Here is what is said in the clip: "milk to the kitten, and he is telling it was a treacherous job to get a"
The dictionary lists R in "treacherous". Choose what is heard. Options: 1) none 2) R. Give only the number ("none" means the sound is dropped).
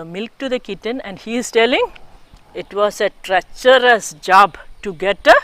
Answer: 2